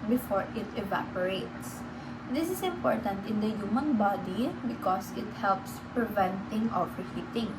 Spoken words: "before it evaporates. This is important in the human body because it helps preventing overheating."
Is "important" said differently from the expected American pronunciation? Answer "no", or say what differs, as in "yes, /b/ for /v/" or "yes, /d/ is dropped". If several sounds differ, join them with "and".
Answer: no